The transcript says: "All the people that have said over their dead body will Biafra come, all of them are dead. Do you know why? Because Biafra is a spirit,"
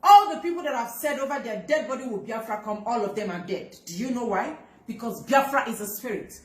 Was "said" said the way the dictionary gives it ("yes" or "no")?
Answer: yes